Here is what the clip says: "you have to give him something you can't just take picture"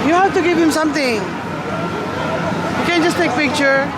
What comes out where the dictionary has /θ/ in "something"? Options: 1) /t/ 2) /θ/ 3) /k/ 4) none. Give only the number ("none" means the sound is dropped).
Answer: 1